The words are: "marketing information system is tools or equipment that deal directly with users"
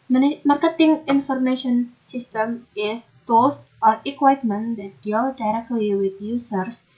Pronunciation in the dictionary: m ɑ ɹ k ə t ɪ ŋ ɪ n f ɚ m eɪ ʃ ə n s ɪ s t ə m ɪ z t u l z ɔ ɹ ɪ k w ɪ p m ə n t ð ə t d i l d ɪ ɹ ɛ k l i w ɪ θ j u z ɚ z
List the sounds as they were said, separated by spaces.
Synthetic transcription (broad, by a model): m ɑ ɹ k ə t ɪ ŋ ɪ n f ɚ m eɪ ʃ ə n s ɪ s t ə m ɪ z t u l s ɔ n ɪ k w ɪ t m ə n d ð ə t d i l d ɪ ɹ ɛ k l i w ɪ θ j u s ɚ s